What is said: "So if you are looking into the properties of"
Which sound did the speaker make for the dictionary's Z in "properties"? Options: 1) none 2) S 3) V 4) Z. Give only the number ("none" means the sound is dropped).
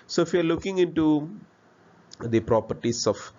2